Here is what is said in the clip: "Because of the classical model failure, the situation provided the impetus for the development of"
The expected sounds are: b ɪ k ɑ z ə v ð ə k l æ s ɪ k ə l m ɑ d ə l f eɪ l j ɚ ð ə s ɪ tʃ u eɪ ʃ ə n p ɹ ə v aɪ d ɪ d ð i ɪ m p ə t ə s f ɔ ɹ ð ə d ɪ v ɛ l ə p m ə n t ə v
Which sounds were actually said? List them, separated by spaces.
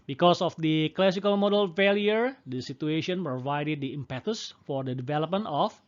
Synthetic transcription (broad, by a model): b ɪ k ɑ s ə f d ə k l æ s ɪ k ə l m ɑ d ə l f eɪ l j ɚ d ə s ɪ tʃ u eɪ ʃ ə n p ɹ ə v aɪ d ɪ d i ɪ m p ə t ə s f ɔ ɹ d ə d ɪ v ɛ l ə p m ə n t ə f